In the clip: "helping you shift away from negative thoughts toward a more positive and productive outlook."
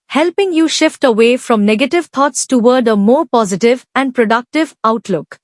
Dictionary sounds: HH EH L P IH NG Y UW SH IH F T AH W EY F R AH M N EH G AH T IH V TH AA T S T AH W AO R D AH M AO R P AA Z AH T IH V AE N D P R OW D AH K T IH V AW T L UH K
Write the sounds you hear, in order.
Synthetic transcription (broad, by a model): HH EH L P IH NG Y UW SH IH F T AH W EY F R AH M N EH G AH T IH V T AA T S T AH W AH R D AH M AO R P AA Z AH T IH V AE N D P R OW D AH K T IH V AW T L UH K